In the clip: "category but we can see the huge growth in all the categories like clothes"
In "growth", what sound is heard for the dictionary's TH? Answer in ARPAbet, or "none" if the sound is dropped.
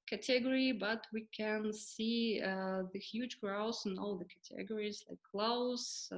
S